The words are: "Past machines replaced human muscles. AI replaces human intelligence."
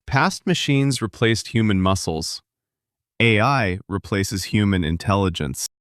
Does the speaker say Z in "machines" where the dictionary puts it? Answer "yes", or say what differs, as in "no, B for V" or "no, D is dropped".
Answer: yes